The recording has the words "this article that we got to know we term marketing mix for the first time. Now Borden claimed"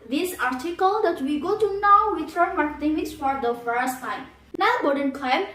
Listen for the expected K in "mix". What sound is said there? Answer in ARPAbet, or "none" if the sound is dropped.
none